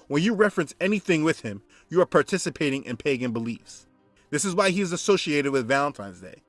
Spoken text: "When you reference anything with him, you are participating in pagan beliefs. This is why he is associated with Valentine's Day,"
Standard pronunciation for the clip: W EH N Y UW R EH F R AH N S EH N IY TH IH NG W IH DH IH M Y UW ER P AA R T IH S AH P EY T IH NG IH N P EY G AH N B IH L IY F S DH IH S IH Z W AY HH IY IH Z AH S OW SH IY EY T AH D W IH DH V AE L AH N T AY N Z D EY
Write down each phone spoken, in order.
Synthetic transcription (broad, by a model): W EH N Y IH R EH F R AH N S EH N IY TH IH NG W IH DH IH M Y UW ER P AA R T IH S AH P EY T IH NG IH N P EY G AH N B IH L IY F S DH IH S IH Z W AY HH IY IH Z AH S OW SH IY EY T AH D W IH DH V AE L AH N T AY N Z D EY